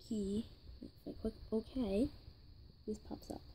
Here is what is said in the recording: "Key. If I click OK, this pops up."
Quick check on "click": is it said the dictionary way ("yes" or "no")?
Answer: no